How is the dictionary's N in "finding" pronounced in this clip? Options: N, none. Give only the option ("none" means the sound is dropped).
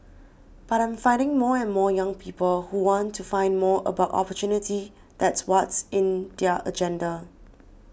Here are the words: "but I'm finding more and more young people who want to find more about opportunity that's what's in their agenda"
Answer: N